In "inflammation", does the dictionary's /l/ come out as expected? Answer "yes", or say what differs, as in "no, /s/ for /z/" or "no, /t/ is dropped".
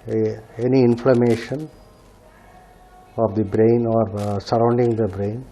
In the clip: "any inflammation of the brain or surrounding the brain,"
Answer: yes